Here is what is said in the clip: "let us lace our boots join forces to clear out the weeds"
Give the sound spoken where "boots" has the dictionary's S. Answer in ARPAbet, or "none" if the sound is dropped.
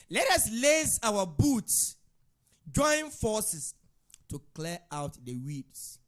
S